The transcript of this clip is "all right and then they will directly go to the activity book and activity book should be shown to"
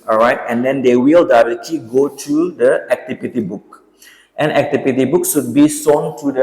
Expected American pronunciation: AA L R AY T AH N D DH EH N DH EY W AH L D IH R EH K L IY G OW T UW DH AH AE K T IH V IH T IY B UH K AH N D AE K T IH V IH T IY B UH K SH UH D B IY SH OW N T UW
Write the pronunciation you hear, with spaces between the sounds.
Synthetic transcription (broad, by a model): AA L R AY T AH N D EH N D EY W AH L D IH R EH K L IY G OW T UW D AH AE K T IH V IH T IY B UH K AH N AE K T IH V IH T IY B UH K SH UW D B IY S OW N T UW